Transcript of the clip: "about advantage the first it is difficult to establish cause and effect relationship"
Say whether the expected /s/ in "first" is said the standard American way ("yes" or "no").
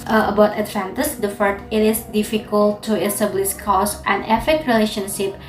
no